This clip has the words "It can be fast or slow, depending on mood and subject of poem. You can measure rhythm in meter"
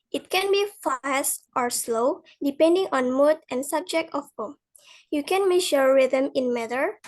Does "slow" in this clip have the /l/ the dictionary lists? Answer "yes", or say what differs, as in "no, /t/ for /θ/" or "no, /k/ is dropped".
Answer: yes